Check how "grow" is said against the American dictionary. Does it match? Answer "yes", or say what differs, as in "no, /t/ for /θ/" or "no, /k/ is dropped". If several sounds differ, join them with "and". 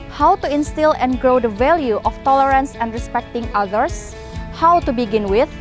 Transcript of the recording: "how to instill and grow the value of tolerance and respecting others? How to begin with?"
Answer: yes